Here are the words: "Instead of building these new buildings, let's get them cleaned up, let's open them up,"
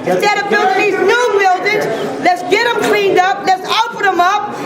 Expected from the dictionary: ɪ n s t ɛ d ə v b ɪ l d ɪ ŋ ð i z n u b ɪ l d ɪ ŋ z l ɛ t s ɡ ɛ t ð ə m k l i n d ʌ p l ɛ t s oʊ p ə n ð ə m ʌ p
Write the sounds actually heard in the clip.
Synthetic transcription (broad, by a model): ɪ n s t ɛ d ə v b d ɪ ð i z n u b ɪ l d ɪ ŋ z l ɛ t s ɡ ɛ t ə m k l i n d ʌ p l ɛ t s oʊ f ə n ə m ʌ p